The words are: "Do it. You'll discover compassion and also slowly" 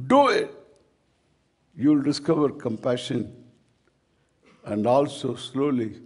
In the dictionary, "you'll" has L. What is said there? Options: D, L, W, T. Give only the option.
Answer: L